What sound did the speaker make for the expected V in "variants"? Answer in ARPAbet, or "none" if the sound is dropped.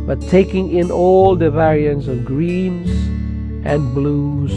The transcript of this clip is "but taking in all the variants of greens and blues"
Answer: V